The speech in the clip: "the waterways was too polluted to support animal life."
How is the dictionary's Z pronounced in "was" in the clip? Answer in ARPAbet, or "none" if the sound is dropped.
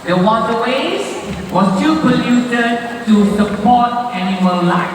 S